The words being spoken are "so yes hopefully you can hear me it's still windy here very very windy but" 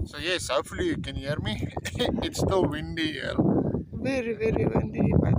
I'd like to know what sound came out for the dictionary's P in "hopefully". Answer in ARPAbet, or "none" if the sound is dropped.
none